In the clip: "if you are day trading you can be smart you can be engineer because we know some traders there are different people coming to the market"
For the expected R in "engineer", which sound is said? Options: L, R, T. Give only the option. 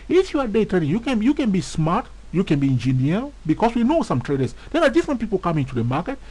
L